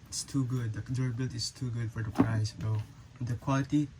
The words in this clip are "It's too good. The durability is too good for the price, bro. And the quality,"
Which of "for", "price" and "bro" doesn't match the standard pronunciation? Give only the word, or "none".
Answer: bro